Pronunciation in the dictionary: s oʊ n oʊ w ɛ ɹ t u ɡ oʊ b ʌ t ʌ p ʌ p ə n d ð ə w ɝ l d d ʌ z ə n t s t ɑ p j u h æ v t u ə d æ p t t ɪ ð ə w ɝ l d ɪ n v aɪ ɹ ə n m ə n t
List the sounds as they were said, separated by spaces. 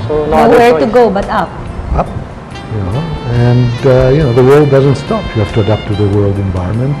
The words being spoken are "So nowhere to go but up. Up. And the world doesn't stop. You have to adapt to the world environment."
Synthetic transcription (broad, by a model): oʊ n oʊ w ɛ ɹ t u ɡ oʊ b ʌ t ʌ p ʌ p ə n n ð ə w ɝ l d d ʌ z ə n t s t ɑ p j u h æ f t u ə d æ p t t ɪ ð ə w ɝ l d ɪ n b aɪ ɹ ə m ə n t